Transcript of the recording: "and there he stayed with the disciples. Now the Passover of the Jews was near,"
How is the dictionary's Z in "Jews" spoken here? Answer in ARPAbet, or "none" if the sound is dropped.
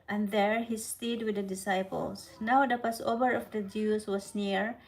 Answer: S